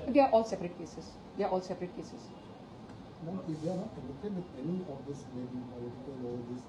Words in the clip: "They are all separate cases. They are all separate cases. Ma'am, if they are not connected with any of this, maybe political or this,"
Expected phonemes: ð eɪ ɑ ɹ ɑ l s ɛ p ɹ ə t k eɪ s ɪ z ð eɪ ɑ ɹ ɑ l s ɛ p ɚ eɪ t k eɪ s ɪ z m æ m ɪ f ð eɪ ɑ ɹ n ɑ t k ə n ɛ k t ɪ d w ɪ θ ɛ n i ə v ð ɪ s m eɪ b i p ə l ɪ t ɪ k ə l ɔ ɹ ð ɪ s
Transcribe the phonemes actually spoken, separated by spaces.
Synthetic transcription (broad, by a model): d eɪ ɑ ɹ ɑ l s ɛ p ɹ ə t k eɪ s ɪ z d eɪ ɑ ɹ ɑ l s ɛ p ɚ eɪ t k eɪ s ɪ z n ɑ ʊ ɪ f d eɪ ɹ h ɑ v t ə l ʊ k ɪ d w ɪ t ɛ n i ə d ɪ s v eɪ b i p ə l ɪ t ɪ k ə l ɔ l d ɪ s